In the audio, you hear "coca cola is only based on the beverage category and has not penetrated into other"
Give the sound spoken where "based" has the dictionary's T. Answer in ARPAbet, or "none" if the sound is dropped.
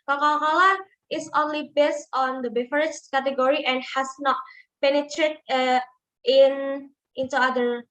T